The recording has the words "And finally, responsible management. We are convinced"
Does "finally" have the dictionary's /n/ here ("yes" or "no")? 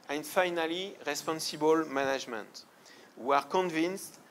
yes